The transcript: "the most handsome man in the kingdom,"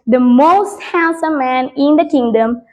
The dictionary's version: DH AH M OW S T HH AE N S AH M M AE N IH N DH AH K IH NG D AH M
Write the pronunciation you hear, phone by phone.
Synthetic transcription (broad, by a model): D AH M OW S T HH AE L S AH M M AE N IH N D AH K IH NG D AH M